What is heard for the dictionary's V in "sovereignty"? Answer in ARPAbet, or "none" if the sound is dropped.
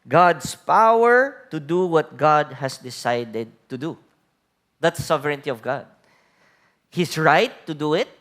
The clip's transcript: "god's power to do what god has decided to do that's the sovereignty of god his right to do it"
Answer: none